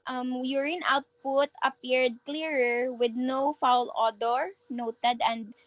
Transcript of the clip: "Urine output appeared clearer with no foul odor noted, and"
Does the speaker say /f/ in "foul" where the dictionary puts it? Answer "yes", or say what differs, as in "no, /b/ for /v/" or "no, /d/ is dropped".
yes